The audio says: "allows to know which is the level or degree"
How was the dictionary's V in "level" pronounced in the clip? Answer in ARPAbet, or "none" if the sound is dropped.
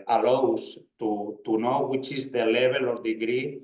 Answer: B